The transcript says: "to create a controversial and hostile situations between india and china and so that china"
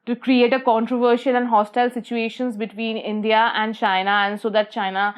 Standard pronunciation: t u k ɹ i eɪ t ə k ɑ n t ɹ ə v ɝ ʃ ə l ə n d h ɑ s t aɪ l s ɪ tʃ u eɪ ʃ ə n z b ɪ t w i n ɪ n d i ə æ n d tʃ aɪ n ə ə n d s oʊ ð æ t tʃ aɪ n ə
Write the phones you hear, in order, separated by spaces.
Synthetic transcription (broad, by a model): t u k ɹ i eɪ t ə k ɑ n t ɹ ə v ɝ ʃ ə l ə n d h ɑ s t aɪ l s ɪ tʃ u eɪ ʃ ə n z b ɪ t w i n ɪ n d i ə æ n d tʃ aɪ n ə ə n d s oʊ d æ t tʃ aɪ n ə